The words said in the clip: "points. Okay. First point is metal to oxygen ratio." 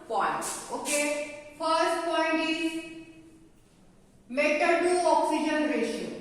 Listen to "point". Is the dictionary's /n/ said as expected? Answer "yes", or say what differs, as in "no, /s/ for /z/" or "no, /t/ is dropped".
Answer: yes